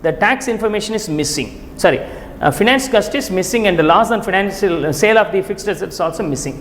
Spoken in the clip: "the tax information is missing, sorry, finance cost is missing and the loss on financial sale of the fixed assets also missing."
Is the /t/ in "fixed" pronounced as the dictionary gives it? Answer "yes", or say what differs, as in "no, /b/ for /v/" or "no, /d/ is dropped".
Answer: yes